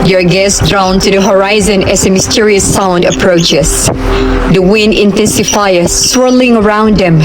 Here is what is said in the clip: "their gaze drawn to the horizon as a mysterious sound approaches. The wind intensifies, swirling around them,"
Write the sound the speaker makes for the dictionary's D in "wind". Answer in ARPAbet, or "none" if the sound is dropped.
D